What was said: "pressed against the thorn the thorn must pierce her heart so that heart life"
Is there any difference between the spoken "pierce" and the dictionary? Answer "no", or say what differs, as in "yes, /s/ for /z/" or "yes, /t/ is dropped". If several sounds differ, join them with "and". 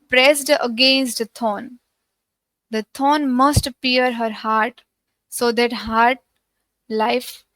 yes, /s/ is dropped